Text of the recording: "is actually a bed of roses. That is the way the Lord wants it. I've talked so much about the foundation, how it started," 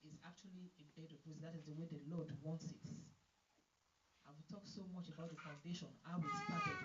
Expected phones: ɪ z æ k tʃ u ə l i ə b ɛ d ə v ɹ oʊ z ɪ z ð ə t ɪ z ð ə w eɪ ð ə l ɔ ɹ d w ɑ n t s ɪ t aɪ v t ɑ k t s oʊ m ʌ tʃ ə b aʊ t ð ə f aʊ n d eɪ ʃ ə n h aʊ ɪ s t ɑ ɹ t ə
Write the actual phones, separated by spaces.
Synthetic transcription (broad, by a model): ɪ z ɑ k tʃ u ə l i ə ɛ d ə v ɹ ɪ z ð ə t ɪ z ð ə w eɪ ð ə l ɔ d w ɑ n t s ɪ t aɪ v t ɑ k t s oʊ m ʌ tʃ ə b aʊ t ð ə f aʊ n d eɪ ʃ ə n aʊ ɪ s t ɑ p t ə